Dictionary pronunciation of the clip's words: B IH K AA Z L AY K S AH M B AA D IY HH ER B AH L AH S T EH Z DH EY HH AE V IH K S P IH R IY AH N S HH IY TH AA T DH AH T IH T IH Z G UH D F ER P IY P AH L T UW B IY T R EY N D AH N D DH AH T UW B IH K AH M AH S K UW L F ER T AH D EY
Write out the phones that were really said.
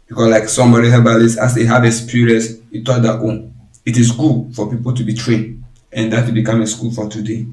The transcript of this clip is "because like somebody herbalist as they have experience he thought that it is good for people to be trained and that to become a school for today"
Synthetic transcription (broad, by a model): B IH K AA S L AY K S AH M B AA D IY HH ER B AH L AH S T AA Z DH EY HH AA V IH S P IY R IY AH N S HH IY T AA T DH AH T IH T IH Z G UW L F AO P IY P AH L T UW B IY T R EY N D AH N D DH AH T UW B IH K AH M AH S K UW L F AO T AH D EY